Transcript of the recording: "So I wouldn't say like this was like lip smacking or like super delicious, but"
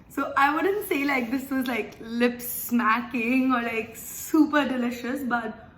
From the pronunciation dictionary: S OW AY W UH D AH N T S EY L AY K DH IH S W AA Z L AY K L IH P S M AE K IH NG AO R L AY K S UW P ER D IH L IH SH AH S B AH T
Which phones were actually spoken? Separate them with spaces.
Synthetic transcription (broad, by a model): S OW AY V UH D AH N T S EY L AY K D IH S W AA Z L AY K L IH P S M AE K IH NG AO R L AY K S UW P ER D IH L IH SH AH S B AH T